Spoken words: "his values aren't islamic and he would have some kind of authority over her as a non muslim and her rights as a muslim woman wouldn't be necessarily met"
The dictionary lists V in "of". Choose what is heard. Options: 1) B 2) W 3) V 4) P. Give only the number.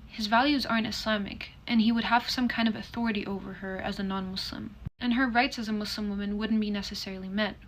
3